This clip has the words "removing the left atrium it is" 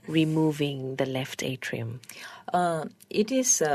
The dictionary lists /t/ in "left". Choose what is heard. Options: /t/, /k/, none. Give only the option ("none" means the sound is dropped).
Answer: /t/